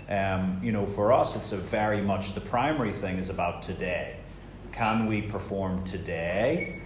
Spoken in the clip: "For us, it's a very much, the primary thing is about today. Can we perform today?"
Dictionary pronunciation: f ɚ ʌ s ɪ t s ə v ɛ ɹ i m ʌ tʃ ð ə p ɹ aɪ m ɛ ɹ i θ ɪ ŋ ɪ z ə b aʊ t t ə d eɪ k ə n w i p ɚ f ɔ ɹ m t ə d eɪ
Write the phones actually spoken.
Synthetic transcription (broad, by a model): f ɚ ʌ s ɪ t s ə v ɛ ɹ i m ʌ tʃ ð ə p ɹ aɪ m ɛ ɹ i θ ɪ ŋ ɪ z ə b aʊ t t ə d eɪ k ə n w i p ɚ f ɔ ɹ m t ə d eɪ